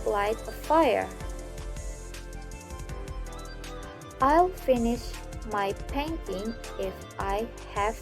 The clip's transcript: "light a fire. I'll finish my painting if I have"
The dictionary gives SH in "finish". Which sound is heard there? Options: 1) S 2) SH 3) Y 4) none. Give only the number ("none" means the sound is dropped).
2